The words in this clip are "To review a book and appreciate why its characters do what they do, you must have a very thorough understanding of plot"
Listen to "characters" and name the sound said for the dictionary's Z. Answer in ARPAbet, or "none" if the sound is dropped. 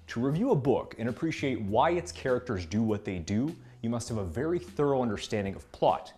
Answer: Z